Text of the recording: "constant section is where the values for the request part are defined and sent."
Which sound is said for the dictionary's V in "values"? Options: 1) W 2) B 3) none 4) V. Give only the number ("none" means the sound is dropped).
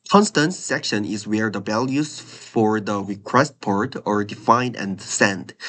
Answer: 2